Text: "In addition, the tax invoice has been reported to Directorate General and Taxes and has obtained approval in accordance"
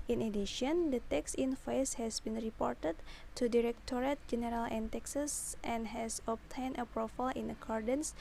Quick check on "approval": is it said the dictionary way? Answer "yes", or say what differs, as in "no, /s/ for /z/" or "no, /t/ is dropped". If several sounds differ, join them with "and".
no, /f/ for /v/